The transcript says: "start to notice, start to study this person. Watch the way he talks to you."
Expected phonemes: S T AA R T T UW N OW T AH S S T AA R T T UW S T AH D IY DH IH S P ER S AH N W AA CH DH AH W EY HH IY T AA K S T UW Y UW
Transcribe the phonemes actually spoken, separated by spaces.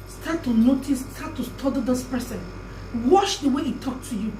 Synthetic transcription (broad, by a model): S T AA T T UW N OW T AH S S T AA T T UW S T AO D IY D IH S P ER S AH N W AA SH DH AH W EY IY T AA K T UW Y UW